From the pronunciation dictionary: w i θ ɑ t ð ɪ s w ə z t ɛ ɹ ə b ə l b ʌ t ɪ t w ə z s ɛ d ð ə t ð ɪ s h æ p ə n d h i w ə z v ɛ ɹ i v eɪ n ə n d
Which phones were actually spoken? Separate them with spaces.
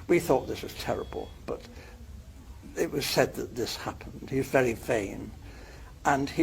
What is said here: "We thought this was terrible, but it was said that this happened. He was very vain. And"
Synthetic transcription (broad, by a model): w i θ ɑ t ð ɪ s w ə z t ɛ ɹ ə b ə l b ʌ t ɪ t w ə z s ɛ d ð ə t ð ɪ s h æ p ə n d h i w ə z v ɛ ɹ i v eɪ n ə n